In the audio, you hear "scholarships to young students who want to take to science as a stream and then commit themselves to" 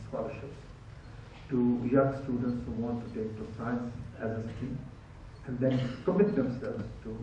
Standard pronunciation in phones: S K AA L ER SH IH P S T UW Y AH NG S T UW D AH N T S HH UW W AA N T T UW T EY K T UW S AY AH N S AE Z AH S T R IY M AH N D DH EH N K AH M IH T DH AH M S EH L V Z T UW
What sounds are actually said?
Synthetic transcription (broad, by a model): S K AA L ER SH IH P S T UW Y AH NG S T UW D AH N T S HH UW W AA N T T UW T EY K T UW S AY AH N S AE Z AH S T IY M AH N D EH N K AH M IH T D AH M S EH L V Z T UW